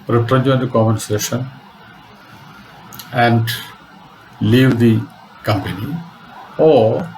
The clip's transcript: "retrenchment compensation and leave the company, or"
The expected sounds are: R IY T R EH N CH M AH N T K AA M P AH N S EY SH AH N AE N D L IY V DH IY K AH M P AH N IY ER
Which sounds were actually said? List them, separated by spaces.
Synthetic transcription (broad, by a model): R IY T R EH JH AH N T K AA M AH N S EY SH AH N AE N D L IY V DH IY K AH M P AH N IY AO